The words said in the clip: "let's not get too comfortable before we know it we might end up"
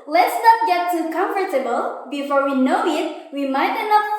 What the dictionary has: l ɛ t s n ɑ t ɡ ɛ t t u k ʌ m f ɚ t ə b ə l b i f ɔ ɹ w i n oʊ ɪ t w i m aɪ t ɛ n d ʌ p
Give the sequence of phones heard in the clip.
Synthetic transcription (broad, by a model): l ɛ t s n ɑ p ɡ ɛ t t u k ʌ m f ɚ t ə b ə l b i f ɔ ɹ w i n oʊ ɪ t w i m aɪ t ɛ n ʌ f